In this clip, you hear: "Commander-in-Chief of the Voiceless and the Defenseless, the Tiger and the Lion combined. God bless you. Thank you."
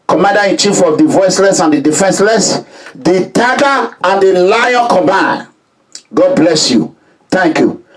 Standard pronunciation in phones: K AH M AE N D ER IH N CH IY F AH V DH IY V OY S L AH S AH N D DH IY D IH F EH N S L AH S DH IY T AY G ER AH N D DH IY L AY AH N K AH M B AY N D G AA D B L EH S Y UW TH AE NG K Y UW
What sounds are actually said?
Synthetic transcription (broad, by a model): K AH M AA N D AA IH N CH IY F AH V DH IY V OY S L AH S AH N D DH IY D IH F EH N S L AH S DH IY T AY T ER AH N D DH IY L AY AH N K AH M AY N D G AA D B L EH S Y UW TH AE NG K Y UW